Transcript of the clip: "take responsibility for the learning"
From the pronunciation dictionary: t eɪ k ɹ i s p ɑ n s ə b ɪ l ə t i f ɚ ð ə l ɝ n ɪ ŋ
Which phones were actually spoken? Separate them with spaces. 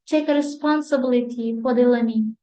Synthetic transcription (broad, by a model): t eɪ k ɹ i s p ɑ n s ə b ɪ l ə t i p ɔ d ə l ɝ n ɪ